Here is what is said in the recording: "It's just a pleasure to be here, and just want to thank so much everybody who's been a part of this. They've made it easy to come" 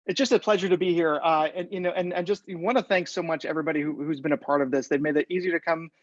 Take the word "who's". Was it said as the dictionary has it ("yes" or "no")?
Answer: yes